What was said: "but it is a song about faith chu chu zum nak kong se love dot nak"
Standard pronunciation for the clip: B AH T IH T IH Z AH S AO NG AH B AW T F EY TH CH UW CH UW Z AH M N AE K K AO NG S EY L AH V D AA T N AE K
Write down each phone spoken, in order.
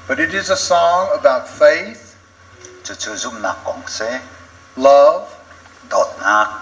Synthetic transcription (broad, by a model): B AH T IH T IH Z AH S AO NG AH B AW T F EY TH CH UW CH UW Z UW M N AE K K AO NG S EY L AH V D AA T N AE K